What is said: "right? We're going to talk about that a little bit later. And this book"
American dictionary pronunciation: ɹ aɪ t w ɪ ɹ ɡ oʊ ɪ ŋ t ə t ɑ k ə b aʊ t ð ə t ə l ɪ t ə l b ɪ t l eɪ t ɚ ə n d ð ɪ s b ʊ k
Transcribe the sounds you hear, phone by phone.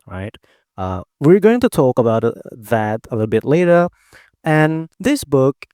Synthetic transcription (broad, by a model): ɹ aɪ t w ɪ ɹ ɡ oʊ ɪ ŋ t ə t ɑ k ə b aʊ t ð ə t ə l ɪ t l b ɪ t l eɪ t ɚ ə n ð ɪ s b ʊ k